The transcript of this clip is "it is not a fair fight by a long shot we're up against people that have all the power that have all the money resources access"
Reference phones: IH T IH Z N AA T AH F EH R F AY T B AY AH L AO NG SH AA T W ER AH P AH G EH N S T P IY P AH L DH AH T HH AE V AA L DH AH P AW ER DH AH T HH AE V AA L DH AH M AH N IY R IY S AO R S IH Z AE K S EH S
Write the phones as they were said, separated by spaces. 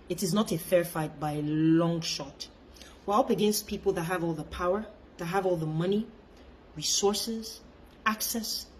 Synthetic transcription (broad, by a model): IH T IH Z N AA T AH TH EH R F AY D B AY AH L AO NG SH AA T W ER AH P AH G EH N S T P IY P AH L DH AH T HH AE V AA L DH AH P AW ER DH AH T HH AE V AA L DH AH M AH N IY R IY S AO R S IH Z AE K S EH S